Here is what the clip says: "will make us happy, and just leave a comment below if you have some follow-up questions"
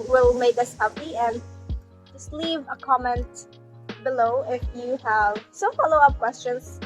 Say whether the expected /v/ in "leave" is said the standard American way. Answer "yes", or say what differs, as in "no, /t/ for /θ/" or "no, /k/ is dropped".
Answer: yes